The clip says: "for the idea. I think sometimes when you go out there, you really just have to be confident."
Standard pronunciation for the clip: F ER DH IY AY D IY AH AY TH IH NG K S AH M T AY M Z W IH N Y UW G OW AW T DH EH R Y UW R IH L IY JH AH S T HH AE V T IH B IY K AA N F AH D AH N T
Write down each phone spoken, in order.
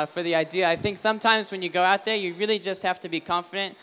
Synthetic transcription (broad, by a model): F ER DH IY AY D IY AH AY TH IH NG K S AH M T AY M Z W IH N Y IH G OW AW T DH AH R Y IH R IH L IY JH AH S T HH AE F T IH B IY K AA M F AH D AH N T